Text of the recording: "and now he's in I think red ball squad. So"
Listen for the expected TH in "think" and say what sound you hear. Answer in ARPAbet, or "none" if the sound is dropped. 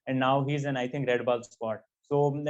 T